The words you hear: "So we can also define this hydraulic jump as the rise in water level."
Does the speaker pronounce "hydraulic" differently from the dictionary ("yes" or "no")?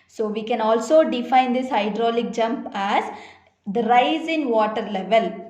no